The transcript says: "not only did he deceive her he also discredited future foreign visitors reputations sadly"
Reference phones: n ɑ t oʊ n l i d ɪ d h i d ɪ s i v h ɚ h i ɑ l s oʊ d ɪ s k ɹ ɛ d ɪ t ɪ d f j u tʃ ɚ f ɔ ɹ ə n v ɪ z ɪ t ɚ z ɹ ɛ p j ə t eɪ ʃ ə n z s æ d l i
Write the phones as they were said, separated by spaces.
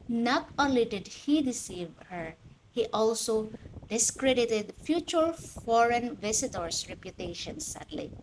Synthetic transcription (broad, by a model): n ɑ t oʊ n l i d ɪ d h i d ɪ s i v h ɚ h i ɑ l s oʊ d ɪ s k ɹ ɛ d ɪ t ɪ d f j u tʃ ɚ f ɔ ɹ ə n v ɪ s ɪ t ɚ s ɹ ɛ p j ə t eɪ ʃ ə n s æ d l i